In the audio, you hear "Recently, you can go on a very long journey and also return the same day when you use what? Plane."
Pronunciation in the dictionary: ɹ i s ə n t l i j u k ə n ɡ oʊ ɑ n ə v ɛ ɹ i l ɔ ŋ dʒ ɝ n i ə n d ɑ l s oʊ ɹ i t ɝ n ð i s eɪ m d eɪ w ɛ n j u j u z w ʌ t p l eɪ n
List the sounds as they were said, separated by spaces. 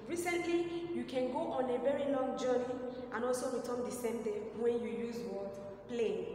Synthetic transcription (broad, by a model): ɹ i s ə n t l i j u k ə n ɡ oʊ ɑ n ə v ɛ ɹ i l ɔ ŋ dʒ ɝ n i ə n ɑ l s oʊ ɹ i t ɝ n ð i s eɪ m d eɪ w ɛ n j u j u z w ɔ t p l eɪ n